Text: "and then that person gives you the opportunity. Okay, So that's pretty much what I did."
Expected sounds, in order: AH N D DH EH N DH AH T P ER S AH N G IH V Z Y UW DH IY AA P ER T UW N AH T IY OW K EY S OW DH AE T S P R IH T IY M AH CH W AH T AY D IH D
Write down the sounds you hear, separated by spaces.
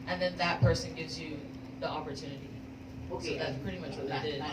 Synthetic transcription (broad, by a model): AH N DH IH N DH AH T P ER S AH N G IH V Z Y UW DH IY AA P ER T UW N AH T IY OW K EY DH AE T S P R IH T IY M AH CH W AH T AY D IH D